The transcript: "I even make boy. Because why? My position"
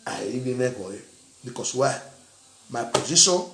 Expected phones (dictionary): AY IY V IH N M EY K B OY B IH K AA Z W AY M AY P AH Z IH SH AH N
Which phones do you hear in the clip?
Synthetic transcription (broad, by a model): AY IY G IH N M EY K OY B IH K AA S W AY M AY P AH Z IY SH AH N